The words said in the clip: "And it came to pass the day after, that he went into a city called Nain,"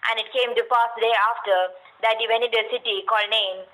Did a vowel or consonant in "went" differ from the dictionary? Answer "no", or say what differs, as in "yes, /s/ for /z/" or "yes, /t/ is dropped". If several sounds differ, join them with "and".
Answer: yes, /t/ is dropped